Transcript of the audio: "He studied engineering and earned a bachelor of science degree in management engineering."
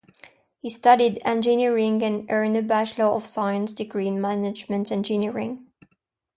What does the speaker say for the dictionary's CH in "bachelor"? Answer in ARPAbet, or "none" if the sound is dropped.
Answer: SH